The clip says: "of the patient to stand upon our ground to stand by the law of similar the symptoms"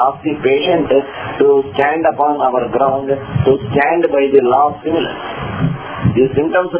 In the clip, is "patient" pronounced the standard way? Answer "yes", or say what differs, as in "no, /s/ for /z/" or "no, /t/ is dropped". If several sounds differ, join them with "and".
yes